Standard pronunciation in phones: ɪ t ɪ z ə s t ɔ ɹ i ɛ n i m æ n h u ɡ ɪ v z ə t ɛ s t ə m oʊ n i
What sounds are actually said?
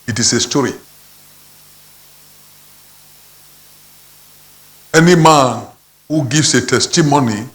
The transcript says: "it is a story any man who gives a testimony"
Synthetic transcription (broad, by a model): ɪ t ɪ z ə s t ɔ ɹ i ɛ n i m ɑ n h u ɡ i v s ə t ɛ s t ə m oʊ n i